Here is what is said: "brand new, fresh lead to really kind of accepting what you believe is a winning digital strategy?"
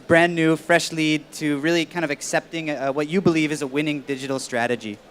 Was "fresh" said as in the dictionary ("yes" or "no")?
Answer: yes